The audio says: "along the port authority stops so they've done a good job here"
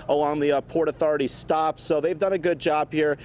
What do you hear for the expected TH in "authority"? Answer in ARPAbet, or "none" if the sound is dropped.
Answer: TH